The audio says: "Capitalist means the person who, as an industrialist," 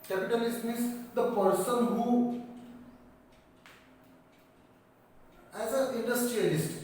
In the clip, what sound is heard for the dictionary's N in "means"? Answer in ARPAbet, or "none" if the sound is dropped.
none